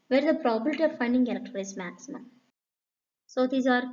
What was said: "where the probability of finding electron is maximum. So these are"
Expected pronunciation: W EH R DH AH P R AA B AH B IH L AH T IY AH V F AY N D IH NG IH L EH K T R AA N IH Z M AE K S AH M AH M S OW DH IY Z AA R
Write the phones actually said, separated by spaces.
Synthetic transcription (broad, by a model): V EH R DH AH P R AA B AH B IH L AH T IY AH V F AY N D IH NG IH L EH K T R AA L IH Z M AE K S AH M AH M S OW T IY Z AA R